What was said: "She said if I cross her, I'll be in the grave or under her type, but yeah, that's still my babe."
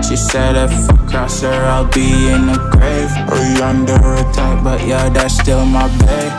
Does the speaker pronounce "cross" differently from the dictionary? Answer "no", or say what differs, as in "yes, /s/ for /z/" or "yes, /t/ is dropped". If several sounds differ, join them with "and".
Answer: yes, /ɹ/ is dropped